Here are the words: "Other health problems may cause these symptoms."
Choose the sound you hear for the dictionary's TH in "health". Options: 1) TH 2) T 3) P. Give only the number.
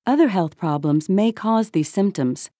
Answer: 1